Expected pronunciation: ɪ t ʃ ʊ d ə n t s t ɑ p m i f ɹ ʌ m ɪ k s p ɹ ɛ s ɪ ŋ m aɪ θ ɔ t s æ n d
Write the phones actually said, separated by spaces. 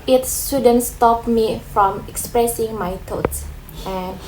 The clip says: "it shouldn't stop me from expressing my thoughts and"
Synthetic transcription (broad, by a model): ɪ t s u d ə n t s t ɑ p m i f ɹ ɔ m ɪ k s p ɹ ɛ s ɪ ŋ m aɪ t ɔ t s